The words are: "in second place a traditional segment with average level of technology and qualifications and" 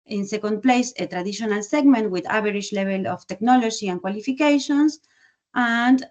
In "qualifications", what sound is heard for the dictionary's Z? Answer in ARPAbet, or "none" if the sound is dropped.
S